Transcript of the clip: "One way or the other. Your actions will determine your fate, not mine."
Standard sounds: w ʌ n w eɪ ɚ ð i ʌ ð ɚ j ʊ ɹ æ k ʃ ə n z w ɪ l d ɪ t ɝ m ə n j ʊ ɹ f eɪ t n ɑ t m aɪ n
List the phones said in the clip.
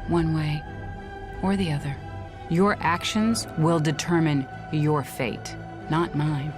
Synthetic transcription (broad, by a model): w ʌ n w eɪ ɚ ð i ʌ ð ɚ j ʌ ɹ æ k ʃ ə n z w ɪ l d ɪ t ɝ m ə n j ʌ ɹ f eɪ t n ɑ t m aɪ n